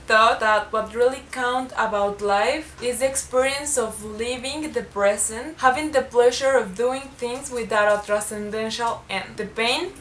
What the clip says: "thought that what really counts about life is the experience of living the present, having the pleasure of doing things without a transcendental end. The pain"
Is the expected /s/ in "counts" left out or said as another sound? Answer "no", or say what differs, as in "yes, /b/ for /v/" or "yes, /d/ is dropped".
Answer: yes, /s/ is dropped